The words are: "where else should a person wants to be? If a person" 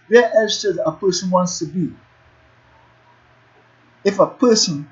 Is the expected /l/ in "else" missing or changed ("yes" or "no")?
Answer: yes